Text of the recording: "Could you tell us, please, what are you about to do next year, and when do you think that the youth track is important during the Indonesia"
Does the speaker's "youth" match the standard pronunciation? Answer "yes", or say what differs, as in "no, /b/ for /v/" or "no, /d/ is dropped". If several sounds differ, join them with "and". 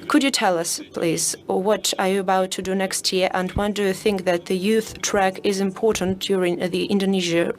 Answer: yes